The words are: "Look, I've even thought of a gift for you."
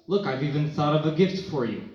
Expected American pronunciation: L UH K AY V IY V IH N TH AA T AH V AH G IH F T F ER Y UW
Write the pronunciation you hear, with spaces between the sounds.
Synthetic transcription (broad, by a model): L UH K AY V IY V IH N TH AA T AH V AH G IH F T F ER Y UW